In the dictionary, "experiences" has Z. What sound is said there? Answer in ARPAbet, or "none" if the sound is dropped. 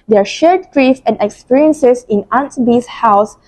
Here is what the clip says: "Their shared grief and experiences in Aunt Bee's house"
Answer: S